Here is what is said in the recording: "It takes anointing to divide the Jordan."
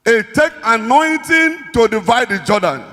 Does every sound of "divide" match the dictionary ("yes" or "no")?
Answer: yes